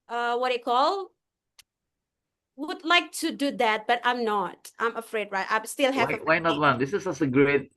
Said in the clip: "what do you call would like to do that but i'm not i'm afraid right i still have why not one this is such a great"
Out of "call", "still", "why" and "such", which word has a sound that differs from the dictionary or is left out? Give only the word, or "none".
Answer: such